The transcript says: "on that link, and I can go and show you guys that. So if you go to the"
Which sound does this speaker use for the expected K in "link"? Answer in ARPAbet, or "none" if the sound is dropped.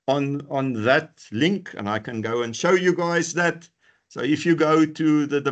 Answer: K